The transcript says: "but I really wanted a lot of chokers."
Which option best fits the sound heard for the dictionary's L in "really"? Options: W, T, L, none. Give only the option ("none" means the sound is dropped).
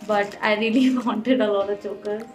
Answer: L